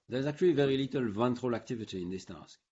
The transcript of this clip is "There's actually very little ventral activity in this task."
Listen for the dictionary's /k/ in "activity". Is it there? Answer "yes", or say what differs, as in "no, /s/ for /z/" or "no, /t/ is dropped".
yes